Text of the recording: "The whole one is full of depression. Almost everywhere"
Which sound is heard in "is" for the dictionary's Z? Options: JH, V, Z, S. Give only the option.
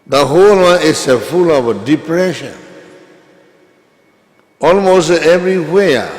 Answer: S